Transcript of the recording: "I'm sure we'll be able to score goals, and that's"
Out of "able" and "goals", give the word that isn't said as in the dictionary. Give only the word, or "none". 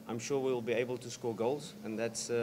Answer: none